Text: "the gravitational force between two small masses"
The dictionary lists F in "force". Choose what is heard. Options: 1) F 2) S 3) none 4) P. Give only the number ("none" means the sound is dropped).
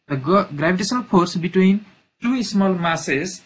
4